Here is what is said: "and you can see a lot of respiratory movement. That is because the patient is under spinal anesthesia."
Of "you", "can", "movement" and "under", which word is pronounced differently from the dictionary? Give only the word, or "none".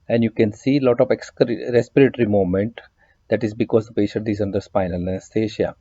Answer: movement